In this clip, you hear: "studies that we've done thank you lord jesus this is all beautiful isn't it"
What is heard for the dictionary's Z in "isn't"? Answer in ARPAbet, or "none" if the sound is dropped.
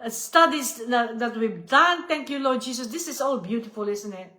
S